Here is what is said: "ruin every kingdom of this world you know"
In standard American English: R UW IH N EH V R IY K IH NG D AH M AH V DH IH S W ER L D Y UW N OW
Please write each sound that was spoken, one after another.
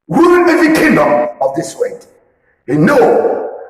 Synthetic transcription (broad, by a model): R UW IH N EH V IY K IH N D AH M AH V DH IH S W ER D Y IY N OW